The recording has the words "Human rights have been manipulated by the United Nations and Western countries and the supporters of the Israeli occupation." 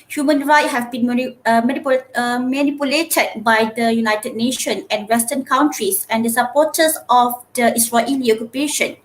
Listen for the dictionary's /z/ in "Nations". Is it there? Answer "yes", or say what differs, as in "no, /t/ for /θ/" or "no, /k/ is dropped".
no, /z/ is dropped